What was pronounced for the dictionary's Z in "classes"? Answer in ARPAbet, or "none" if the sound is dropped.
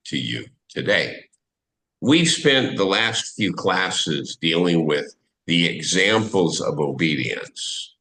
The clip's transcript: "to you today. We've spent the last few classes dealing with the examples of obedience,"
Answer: Z